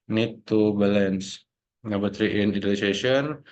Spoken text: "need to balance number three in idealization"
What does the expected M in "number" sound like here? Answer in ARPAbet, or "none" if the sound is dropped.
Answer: none